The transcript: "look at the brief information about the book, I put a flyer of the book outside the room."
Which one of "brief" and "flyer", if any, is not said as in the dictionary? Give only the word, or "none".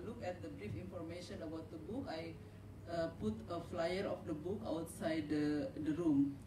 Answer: none